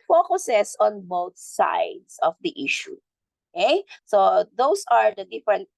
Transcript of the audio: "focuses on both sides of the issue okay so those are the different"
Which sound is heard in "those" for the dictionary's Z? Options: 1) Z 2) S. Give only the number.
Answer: 2